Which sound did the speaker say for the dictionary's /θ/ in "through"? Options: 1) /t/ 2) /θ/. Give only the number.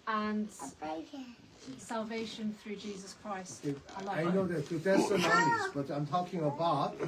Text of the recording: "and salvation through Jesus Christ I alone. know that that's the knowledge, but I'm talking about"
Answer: 2